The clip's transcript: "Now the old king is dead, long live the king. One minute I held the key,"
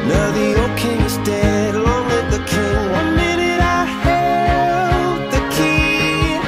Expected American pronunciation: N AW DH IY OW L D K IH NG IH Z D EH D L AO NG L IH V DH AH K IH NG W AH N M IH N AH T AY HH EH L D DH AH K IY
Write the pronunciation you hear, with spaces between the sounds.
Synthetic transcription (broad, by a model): N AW DH IY OW K IH NG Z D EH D L AO NG W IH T DH AH K IH NG W AH N M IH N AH T AY HH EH L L DH AH K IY